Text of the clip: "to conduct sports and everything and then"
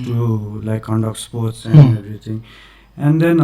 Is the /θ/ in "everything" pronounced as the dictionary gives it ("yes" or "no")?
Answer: no